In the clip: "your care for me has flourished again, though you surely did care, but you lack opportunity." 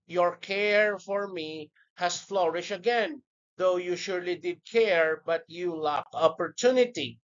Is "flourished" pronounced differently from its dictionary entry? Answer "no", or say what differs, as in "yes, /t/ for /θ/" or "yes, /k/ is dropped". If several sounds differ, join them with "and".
yes, /t/ is dropped